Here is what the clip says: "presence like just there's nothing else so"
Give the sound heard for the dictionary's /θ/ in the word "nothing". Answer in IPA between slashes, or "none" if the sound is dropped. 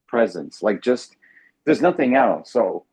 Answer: /θ/